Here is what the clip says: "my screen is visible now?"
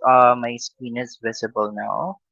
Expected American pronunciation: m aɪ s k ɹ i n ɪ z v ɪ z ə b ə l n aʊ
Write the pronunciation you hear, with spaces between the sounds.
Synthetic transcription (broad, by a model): m aɪ s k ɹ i n ɪ z v ɪ z ə b ə l n aʊ